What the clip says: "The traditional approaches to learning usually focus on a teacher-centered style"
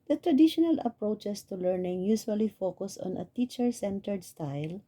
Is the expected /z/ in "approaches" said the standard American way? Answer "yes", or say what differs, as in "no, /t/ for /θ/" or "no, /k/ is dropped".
no, /s/ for /z/